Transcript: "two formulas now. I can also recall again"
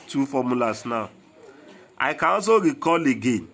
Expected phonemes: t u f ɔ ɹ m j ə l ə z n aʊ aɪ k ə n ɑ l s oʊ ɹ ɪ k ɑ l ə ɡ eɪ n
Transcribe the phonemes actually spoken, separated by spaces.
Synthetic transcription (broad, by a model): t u f ɔ m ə l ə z n aʊ aɪ k ə n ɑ s oʊ ɹ ɪ k ɑ l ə ɡ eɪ n